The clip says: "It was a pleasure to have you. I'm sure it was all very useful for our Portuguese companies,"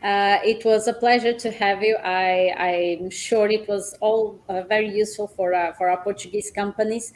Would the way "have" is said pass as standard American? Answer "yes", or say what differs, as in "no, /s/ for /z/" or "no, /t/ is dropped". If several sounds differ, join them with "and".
yes